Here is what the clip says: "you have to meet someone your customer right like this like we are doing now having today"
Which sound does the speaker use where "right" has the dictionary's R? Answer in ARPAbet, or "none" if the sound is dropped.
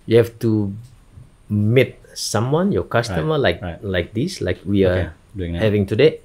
L